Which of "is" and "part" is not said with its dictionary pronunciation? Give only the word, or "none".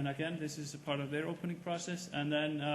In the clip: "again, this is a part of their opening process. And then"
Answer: none